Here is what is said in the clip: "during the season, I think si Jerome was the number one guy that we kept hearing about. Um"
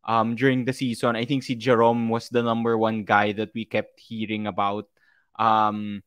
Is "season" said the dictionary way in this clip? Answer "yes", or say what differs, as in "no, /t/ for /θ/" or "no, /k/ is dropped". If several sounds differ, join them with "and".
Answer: no, /s/ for /z/